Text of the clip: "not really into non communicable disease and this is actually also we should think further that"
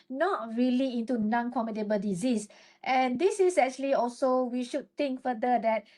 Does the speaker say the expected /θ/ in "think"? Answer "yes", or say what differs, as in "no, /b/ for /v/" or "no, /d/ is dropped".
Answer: no, /t/ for /θ/